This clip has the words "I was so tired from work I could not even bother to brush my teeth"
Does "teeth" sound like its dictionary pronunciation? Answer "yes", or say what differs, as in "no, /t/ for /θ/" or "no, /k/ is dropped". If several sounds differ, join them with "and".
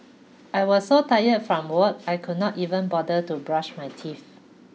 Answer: no, /f/ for /θ/